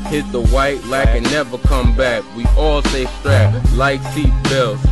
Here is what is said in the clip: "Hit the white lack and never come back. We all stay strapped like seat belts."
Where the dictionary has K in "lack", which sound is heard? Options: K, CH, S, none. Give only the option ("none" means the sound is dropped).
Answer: K